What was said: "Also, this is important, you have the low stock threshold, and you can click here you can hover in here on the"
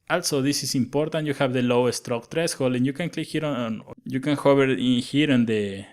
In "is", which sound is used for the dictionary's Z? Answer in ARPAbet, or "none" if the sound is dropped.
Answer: S